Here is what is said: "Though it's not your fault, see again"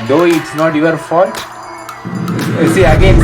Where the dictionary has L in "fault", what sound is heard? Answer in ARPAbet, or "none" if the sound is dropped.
none